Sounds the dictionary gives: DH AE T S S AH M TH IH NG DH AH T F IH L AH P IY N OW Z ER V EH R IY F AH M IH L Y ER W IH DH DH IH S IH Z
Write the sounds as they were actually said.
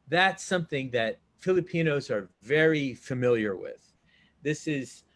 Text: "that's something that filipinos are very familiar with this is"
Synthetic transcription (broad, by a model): DH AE T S S AH M TH IH NG DH AH T F IH L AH P IY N OW Z ER V EH R IY F AH M IH L Y ER W IH DH DH IH S IH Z